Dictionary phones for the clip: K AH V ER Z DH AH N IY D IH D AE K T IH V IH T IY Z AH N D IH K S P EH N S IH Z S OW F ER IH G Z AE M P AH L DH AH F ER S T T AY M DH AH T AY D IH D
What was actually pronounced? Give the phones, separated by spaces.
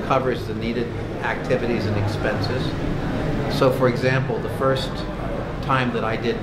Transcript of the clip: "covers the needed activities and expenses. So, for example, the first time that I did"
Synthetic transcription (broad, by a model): K AH V ER Z DH AH N IY D IH D AE K T IH V IH T IY Z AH N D IH K S P EH N S IH Z S OW F ER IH G Z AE M P L DH AH F ER S T T AY M DH AH T AY D IH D